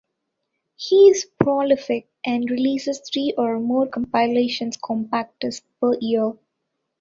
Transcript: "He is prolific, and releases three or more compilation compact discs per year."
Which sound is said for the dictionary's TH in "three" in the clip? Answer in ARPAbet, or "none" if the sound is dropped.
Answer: T